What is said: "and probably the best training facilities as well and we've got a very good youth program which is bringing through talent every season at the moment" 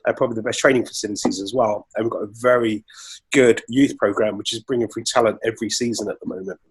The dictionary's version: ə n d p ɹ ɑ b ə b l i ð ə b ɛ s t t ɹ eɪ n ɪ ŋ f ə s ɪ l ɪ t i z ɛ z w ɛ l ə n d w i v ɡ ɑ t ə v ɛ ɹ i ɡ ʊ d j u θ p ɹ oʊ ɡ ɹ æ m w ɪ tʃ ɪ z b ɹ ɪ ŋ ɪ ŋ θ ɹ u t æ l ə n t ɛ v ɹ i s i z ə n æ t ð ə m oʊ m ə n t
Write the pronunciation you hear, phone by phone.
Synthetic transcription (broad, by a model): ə p ɹ ɑ b ə b l i ð ə b ɛ s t t ɹ eɪ n ɪ ŋ f ə s ɪ l ɪ t i z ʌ z w ɛ l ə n w i v ɡ ɑ t ə v ɛ ɹ i ɡ ʊ d j u θ p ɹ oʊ ɡ ɹ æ m w ɪ tʃ ɪ z b ɹ ɪ ŋ ɪ ŋ f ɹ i t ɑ l ə n t ɛ v ɹ i s i z ə n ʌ t ð ə m oʊ m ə n t